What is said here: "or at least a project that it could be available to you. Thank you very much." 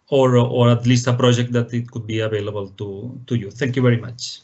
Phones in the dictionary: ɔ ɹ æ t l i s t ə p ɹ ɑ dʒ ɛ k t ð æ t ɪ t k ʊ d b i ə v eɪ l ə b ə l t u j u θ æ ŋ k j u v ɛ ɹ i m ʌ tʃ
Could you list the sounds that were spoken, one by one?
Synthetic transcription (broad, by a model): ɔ ɹ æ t l i s t ə p ɹ ɑ dʒ ɛ k t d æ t ɪ t k ʊ d b i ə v eɪ l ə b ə l t u j u t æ ŋ k j u v ɛ ɹ i m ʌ tʃ